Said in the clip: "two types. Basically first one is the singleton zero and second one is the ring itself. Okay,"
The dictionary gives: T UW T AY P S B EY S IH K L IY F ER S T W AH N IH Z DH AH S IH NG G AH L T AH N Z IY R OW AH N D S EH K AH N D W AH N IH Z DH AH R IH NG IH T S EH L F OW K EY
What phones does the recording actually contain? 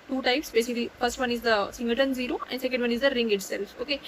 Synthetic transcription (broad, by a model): T UW T AY P S B EY S IH K L IY F ER S T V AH N IH Z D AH S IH NG G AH T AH N Z IY R OW AH N D S EH K AH N D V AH N IH Z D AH R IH NG IH T S EH L F OW K EY